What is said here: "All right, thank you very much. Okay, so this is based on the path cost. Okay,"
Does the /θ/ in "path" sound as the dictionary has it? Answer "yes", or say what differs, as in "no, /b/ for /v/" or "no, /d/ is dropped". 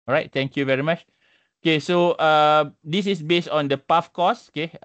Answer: no, /f/ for /θ/